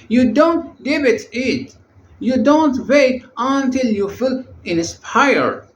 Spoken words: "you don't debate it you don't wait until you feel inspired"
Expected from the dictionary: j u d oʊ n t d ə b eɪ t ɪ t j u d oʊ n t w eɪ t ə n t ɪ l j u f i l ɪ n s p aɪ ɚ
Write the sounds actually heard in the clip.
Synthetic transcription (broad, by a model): j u d oʊ n t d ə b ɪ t ɪ t j u d oʊ n t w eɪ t ə n t ɪ l j u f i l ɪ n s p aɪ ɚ